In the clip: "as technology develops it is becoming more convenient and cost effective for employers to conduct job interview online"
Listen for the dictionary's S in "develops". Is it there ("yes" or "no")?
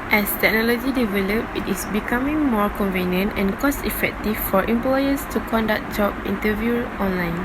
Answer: no